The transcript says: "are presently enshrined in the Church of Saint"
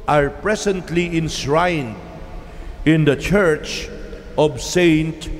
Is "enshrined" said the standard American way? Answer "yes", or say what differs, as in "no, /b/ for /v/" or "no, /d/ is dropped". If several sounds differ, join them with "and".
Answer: no, /s/ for /ʃ/